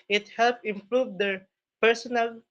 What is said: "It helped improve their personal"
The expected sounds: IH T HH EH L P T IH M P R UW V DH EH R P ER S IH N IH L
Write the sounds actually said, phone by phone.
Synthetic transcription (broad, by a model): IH T HH EH L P IH M P R UW V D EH R P ER S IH N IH L